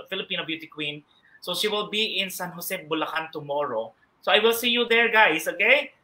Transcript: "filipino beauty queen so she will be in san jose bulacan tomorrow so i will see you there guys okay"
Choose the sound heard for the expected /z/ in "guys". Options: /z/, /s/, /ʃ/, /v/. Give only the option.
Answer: /s/